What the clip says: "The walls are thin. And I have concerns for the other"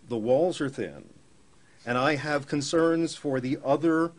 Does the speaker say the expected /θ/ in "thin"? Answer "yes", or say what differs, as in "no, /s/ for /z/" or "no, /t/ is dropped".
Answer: yes